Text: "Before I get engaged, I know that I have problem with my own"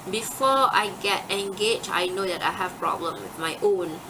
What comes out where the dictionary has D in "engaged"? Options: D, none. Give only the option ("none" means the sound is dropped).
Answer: none